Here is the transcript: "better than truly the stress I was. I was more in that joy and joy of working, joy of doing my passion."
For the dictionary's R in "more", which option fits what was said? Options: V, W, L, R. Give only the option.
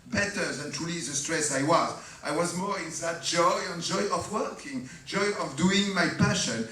R